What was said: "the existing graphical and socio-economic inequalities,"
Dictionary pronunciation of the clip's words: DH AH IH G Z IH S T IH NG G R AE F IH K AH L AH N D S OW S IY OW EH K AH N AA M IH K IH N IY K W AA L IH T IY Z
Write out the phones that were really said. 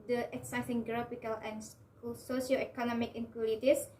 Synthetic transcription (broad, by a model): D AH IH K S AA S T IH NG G R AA P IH K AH L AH N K S OW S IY OW EH K AH N AA M IH K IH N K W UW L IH T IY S